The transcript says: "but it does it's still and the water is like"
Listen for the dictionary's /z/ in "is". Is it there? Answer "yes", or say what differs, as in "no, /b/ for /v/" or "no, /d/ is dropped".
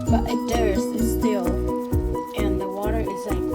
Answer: yes